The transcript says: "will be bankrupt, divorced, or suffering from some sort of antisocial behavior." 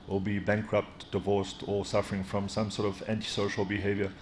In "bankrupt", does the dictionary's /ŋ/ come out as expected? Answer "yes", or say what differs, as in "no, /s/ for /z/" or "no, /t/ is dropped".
yes